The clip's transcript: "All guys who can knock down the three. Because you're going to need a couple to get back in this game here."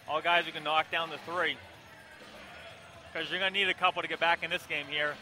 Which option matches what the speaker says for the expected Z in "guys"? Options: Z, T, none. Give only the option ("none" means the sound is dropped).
Z